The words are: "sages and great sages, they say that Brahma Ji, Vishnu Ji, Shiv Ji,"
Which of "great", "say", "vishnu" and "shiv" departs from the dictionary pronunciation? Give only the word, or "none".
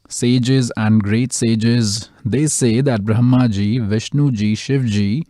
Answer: none